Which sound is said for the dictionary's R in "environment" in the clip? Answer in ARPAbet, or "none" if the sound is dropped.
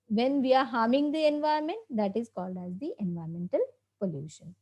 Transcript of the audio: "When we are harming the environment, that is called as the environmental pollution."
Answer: none